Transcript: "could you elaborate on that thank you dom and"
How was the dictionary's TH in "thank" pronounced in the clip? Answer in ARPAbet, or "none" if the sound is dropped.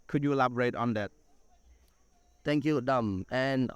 T